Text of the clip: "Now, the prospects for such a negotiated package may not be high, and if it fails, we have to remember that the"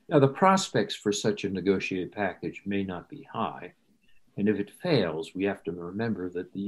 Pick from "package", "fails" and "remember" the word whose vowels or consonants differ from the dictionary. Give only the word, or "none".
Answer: none